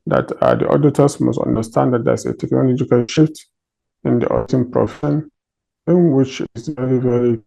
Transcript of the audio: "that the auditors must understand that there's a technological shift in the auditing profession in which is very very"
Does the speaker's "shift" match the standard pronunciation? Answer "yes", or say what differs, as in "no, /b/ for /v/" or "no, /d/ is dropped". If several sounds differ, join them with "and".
yes